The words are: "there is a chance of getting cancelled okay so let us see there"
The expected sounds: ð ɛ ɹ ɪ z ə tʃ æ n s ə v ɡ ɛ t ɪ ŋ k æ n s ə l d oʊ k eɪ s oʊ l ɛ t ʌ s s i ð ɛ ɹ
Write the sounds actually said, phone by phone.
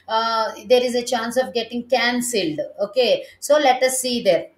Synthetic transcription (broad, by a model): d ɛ ɹ ɪ z ə tʃ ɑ n s ə v ɡ ɛ t ɪ ŋ k æ n s ə l d oʊ k eɪ s oʊ l ɛ t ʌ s s i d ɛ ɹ